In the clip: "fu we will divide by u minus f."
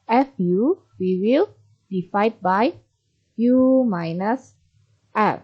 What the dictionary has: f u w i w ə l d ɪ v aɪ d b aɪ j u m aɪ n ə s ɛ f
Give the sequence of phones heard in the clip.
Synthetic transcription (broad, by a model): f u w i w ə l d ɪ f aɪ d b aɪ j u m aɪ n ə s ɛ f